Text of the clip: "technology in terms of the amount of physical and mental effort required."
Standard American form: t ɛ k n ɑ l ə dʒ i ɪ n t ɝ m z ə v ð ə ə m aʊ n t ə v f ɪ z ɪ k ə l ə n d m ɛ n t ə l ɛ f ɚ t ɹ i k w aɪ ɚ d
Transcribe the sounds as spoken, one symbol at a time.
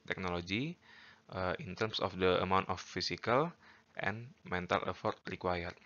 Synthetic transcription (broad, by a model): t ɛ k n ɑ l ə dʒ i ɪ n t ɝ m s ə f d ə ə m aʊ n t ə f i s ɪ k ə l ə n m ɛ n t ə l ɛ f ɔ t ɹ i k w aɪ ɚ